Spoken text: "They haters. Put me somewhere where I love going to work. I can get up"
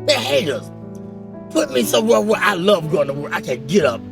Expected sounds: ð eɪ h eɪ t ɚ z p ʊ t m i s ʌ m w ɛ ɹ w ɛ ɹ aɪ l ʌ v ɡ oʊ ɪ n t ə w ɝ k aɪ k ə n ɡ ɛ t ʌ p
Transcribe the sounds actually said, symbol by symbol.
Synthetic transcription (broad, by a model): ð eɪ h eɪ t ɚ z p ʊ t m i s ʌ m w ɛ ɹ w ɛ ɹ aɪ l ʌ v ɡ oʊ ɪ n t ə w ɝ aɪ k ə n ɡ ɛ t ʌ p